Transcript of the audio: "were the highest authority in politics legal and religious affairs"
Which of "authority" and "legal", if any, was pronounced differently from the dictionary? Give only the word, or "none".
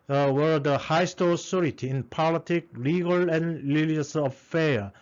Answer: authority